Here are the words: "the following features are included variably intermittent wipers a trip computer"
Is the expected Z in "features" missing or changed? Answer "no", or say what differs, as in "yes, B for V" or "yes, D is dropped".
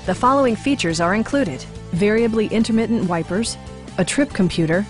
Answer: no